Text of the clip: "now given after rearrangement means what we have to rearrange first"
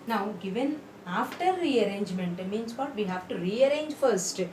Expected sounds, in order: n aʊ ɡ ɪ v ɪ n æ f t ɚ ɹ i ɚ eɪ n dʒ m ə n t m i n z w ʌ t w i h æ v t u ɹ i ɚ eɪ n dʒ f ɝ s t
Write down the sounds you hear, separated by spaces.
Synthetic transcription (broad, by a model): n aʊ ɡ ɪ v ɪ n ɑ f t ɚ ɹ i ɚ eɪ n dʒ m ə n t m i n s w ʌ t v i h æ v t u ɹ i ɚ eɪ n dʒ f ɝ s t